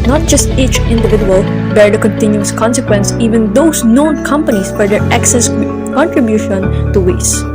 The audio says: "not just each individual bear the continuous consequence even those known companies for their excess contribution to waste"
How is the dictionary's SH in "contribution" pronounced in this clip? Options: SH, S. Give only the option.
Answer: SH